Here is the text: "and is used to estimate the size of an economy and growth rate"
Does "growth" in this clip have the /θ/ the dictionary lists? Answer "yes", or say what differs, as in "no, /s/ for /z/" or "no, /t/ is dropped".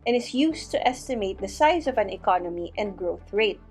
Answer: yes